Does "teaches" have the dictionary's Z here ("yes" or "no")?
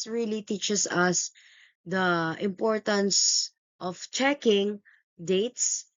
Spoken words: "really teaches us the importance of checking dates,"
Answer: no